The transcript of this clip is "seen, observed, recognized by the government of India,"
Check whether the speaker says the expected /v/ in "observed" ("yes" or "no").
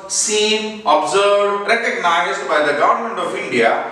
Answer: no